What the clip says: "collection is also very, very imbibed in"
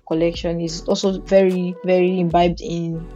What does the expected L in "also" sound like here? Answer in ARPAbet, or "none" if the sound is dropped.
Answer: L